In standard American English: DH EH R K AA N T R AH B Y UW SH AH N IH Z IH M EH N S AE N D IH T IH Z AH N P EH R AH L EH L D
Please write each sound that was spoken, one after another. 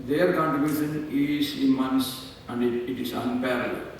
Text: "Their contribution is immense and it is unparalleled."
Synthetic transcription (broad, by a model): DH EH R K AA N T AH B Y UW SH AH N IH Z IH M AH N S AE N D IH T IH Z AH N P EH R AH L L